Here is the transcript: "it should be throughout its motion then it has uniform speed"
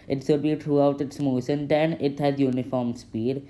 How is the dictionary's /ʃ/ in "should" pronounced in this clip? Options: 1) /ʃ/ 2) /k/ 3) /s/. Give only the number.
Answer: 3